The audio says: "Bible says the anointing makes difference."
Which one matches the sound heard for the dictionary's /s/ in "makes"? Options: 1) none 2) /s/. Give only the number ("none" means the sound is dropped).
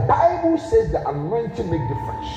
1